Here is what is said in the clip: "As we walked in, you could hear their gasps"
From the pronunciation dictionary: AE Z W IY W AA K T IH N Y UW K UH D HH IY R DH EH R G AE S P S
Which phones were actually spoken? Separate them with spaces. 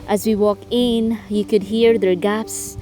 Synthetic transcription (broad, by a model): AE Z W IY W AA K IH N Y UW K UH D HH IY R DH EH R G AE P S